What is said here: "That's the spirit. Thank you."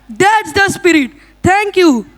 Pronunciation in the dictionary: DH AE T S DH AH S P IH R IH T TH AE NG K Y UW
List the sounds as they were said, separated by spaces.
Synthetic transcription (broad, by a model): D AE T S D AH S P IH R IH T T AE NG K Y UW